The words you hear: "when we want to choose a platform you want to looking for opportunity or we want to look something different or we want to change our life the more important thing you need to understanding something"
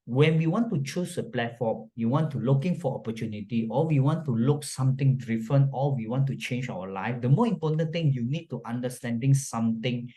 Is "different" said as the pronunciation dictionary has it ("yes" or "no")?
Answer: no